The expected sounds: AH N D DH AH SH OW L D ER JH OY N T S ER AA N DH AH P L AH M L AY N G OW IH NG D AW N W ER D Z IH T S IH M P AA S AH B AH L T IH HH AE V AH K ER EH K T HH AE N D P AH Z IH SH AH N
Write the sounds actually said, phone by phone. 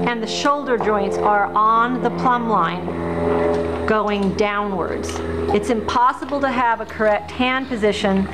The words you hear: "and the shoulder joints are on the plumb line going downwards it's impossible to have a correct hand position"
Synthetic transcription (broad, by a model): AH N DH AH SH OW L D ER JH OY N T S ER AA N DH AH P L AH M L AY N G OW IH NG D AW N W ER D Z IH T S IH M P AA S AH B L T IH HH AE V AH K ER EH K T HH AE N P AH Z IH SH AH N